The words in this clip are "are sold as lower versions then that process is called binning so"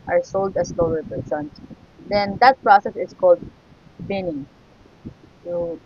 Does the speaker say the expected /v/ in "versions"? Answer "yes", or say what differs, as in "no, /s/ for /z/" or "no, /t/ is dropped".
no, /p/ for /v/